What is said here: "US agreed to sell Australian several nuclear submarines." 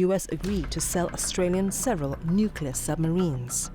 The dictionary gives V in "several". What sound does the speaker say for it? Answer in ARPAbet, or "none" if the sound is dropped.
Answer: V